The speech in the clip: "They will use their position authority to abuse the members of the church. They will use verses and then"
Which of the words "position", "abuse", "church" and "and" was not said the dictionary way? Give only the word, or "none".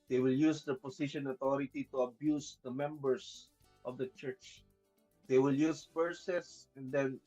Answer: position